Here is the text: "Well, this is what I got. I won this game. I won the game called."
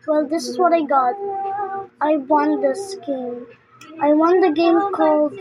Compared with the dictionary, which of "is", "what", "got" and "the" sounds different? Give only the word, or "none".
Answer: none